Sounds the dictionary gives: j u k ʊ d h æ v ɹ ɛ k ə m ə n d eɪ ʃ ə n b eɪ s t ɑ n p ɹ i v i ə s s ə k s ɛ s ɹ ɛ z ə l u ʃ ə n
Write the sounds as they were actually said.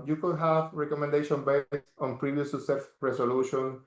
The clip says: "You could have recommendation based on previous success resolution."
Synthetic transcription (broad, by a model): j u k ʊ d h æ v ɹ ɛ k ə m ə n d eɪ ʃ ə n b eɪ s t ɑ n p ɹ i v i ə s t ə s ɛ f ɹ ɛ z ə l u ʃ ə n